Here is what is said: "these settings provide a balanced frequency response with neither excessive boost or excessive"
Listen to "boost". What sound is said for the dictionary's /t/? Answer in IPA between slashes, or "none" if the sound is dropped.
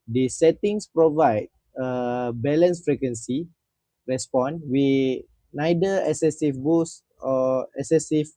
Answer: none